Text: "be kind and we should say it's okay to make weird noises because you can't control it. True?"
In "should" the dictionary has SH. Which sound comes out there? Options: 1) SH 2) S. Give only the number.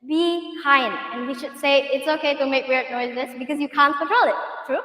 1